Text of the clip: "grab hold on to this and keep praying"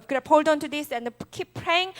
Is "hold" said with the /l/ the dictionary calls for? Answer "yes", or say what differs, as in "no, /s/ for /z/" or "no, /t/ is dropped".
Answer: yes